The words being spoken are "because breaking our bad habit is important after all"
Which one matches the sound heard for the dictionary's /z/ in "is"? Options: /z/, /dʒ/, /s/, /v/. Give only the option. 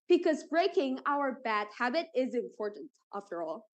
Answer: /z/